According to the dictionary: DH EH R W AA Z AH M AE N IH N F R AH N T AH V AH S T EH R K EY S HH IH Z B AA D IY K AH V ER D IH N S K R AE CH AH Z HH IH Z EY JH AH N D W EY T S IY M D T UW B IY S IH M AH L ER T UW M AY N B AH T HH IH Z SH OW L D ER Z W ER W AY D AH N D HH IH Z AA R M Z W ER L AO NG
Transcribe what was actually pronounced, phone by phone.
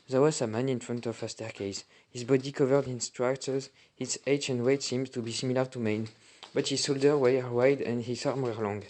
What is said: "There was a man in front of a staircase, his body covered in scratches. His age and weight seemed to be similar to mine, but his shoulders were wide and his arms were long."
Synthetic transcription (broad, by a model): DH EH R W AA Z AH M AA N IH N F R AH N T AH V AH S T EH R K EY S HH IH Z B AA D IY K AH V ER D IH N S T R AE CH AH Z HH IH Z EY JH AH N D W EY T S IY M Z T UW B IY S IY M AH L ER T UW M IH N B AH T HH IH Z S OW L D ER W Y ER W AY D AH N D HH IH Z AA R M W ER L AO NG